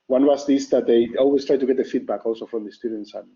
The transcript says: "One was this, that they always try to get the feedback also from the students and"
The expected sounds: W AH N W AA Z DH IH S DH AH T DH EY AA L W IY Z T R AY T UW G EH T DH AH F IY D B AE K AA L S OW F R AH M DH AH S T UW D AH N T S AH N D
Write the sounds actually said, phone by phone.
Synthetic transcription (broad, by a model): W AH N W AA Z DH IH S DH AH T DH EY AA L W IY S T R AY T UW G EH T DH AH F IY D B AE K AA L S OW F R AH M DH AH S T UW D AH N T S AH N